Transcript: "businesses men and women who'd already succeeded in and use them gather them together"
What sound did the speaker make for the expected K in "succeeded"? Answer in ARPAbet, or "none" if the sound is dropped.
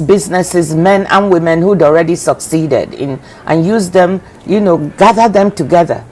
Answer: K